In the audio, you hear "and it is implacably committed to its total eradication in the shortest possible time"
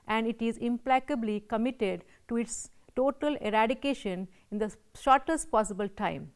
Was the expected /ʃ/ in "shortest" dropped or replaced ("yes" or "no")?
no